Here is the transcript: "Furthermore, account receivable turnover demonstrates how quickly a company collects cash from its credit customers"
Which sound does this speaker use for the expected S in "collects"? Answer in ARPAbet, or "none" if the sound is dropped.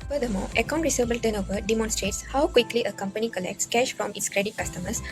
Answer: S